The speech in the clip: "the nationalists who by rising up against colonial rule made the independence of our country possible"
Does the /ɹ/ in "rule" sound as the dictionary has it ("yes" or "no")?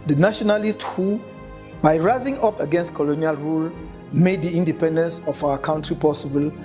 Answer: yes